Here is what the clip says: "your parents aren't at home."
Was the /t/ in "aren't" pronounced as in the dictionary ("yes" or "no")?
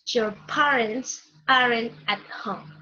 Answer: no